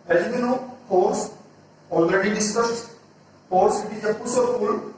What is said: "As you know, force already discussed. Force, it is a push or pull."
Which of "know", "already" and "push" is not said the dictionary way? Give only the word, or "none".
push